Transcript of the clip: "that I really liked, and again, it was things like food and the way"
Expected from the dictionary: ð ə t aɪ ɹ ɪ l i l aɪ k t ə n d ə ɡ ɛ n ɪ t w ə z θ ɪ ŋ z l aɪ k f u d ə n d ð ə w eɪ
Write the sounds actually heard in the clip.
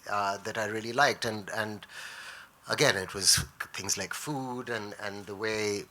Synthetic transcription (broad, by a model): ð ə t aɪ ɹ ɪ l i l aɪ k t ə n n ə ɡ ɛ n ɪ t w ə z θ ɪ ŋ z l aɪ k f u d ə n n ð ə w eɪ